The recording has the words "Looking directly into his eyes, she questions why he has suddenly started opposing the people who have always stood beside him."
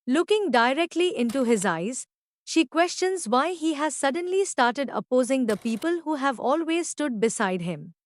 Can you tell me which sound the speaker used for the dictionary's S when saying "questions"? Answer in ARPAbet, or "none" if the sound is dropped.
S